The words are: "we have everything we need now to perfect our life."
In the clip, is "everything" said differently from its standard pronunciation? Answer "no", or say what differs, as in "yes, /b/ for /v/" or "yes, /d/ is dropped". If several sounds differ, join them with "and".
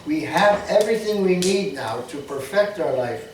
no